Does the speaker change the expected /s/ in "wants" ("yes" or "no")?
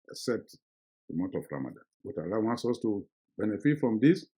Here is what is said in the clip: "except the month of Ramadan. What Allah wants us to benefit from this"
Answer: no